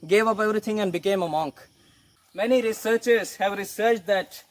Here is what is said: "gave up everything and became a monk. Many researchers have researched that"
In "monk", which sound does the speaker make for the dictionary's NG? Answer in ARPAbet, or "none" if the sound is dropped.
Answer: NG